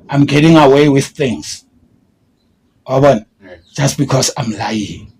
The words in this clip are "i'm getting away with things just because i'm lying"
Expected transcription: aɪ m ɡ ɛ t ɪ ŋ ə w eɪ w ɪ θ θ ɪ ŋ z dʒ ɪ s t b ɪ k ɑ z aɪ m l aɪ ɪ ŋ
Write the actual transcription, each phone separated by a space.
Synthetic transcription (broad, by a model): aɪ m ɡ ɛ t ɪ ŋ ə w eɪ w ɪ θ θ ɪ ŋ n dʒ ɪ s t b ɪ k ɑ s aɪ m l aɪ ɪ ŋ